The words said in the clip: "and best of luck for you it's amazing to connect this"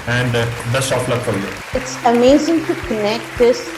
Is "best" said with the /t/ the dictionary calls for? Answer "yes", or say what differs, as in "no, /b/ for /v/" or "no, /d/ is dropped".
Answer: no, /t/ is dropped